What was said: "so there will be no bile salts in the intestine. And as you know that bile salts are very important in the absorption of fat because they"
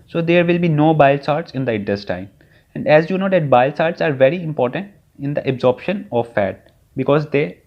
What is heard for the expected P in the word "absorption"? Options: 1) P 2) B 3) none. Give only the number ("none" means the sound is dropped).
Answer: 1